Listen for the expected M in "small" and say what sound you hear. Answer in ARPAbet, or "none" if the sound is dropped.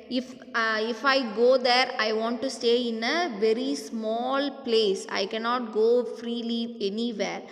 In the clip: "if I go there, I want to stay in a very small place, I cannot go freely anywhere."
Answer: M